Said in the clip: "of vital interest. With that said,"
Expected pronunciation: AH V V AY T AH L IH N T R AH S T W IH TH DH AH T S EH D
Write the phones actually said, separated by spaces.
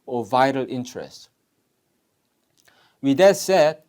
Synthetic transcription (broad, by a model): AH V V AY T AH L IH N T R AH S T W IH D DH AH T S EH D